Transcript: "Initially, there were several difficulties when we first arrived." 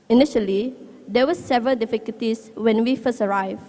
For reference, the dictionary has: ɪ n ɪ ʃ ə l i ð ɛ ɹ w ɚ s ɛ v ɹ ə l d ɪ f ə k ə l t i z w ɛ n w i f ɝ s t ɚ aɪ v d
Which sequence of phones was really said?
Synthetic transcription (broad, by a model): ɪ n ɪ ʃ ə l i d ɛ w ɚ s ɛ v ɹ ə l d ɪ f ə k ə l t i s w ɛ n w i f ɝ s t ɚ aɪ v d